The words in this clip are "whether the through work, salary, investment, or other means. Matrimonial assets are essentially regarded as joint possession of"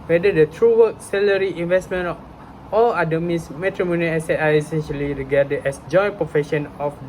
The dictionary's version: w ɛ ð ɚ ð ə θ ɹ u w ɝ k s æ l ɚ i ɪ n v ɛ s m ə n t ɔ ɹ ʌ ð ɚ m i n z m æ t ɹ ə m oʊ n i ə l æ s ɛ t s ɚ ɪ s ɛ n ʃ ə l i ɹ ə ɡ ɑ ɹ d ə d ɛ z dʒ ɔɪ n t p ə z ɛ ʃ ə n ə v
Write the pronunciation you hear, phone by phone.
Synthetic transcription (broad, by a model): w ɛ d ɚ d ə t ɹ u w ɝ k s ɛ l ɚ i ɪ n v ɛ s m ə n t ɔ l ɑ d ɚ m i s m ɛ t ɹ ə m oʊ n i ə s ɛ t ɑ ɪ s ɛ n ʃ ə l i ɹ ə ɡ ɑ d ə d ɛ s dʒ ɔɪ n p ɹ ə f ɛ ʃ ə n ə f